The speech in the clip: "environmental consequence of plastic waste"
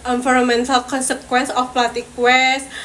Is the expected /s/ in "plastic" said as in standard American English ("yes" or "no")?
no